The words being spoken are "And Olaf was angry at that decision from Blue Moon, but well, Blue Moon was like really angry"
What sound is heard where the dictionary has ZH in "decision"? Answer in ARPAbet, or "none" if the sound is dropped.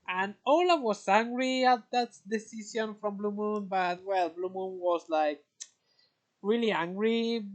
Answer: Z